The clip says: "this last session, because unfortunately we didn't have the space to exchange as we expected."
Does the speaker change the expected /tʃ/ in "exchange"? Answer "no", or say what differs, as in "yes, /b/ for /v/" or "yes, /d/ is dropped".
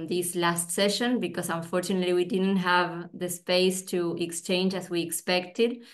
no